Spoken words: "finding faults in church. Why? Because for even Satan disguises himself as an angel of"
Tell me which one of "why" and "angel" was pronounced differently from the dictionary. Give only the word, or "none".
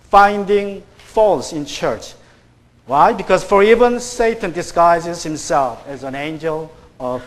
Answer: none